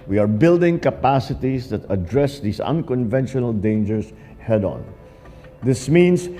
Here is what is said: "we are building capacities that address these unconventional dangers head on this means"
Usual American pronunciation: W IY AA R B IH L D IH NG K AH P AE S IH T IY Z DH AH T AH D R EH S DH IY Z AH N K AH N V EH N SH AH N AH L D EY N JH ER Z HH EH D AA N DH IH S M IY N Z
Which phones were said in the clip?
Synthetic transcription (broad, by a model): W IY AA R B IH L D IH NG K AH P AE S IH T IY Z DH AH T AH D R EH S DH IY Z AH N K AH N V EH N SH AH N AH L D EY N JH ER S HH EH D AA N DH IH S M IY N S